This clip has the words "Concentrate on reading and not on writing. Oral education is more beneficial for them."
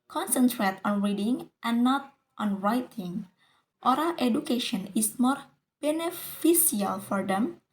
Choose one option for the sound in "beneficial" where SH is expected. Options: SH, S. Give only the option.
S